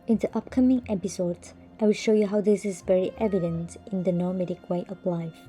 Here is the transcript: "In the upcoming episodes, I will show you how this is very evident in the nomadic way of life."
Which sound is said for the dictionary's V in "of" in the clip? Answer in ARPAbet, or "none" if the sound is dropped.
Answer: P